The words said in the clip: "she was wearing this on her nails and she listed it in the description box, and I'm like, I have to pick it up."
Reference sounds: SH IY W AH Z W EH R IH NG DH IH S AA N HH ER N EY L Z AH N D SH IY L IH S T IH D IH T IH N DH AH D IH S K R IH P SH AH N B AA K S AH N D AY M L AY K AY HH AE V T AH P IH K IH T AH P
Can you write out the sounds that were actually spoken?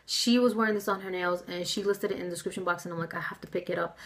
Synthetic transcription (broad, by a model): SH IY W AH Z W EH R IH NG DH IH S N ER N EY L Z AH N SH IY L IH S T IH D IH T IH N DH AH D IH S K R IH P SH AH N B AA K S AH N AY M L AY K AY HH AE F T AH P IH K IH T AH P